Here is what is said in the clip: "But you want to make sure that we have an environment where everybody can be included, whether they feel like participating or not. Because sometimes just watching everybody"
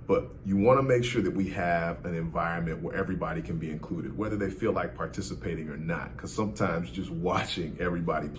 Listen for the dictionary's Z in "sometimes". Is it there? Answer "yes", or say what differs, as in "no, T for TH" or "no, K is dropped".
yes